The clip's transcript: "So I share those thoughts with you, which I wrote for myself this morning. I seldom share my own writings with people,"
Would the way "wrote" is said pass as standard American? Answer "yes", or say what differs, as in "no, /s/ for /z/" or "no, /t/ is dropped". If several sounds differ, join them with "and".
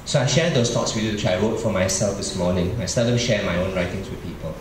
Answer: no, /w/ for /ɹ/